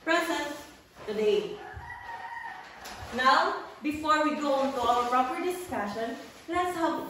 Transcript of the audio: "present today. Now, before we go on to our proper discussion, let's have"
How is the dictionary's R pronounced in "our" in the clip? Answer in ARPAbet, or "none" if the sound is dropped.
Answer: L